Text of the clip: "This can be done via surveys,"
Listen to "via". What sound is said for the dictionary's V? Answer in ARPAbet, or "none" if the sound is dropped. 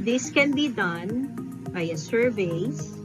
B